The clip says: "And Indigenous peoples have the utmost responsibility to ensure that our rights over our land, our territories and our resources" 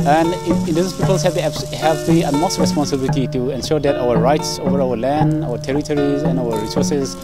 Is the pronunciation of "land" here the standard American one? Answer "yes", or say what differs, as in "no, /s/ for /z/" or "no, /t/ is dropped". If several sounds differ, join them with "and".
yes